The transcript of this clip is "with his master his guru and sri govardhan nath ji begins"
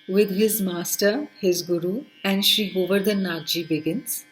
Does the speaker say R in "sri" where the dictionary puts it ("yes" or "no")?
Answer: no